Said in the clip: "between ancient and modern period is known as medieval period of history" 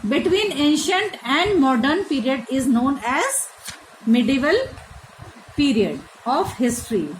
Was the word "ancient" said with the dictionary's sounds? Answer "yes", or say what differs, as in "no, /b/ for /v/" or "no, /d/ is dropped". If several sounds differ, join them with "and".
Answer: yes